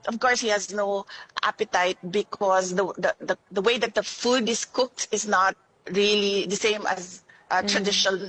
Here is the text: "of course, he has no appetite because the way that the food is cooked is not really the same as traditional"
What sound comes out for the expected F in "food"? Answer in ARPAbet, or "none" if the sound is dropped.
F